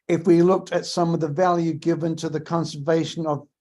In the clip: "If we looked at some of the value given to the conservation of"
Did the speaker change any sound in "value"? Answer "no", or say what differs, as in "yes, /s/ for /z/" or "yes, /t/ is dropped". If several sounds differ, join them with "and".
no